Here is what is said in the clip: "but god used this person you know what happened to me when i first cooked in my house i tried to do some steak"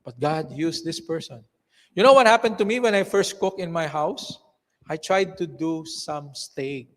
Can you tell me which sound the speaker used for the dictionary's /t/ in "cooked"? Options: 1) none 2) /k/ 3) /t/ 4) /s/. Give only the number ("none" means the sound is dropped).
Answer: 1